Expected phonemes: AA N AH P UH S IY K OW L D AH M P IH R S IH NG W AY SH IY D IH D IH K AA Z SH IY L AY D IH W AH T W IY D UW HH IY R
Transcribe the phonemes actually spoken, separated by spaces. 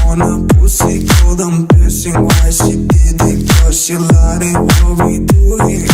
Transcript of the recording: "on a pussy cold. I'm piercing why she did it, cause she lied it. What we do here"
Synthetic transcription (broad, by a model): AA N AH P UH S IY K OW D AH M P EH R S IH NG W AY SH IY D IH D IH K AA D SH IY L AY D IH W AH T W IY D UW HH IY